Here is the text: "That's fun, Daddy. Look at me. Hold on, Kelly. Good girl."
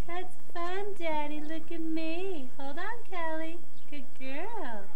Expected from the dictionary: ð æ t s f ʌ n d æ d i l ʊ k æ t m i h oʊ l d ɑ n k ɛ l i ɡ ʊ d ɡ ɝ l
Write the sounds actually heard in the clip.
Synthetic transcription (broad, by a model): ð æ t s f ʌ n d æ d i l ʊ k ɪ t m i h oʊ l d n k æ l i ɡ ʊ d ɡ ɝ l